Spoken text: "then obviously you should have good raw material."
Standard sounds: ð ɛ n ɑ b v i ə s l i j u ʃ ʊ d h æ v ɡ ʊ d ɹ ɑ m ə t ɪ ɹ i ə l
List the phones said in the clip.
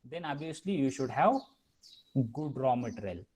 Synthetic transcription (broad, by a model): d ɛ n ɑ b i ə s l i j u ʃ ʊ d h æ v ɡ ʊ d ɹ ɑ m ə t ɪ ɹ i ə l